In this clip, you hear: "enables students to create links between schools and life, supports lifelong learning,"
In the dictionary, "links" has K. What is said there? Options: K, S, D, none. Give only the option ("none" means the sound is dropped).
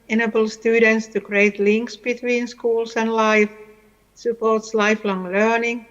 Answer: K